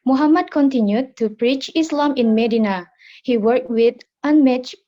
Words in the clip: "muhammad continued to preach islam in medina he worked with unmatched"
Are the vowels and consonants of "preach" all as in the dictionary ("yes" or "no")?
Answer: yes